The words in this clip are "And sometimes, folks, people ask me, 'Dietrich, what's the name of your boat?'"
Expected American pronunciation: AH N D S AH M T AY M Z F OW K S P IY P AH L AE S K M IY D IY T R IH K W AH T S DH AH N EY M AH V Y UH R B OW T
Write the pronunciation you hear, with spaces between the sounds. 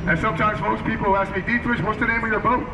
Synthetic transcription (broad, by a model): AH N S AH M T AY M Z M OW S P IY P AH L AE S K M IY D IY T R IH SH W AH T S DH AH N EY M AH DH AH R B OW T